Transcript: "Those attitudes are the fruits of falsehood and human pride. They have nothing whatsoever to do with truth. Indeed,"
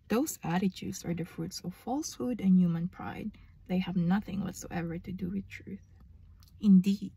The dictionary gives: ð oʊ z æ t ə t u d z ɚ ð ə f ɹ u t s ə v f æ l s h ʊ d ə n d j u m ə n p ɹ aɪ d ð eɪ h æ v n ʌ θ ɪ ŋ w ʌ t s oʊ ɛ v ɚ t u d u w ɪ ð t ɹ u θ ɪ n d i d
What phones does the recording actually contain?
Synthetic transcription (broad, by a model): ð oʊ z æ t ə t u d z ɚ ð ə f ɹ u t s ə v f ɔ l s h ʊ d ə n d j u m ə n p ɹ aɪ d ð eɪ h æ v n ʌ θ ɪ ŋ w ʌ t s oʊ ɛ v ɚ t u d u w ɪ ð t ɹ u θ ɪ n d i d